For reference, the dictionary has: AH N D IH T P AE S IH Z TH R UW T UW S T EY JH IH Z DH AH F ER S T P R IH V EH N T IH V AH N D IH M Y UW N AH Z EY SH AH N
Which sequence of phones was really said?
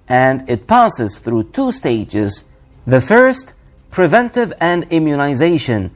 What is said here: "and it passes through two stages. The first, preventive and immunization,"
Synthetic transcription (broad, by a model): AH N D IH T P AE S IH Z TH R UW T UW S T EY JH IH Z DH AH F ER S T P R IH V EH N T IH V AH N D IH M Y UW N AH Z EY SH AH N